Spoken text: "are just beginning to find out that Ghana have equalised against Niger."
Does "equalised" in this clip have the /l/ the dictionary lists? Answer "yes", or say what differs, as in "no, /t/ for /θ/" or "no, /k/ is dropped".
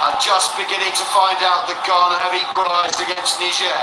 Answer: no, /l/ is dropped